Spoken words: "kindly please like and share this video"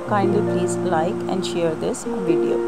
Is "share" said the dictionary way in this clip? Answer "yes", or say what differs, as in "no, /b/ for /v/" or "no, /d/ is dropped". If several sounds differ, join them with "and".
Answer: yes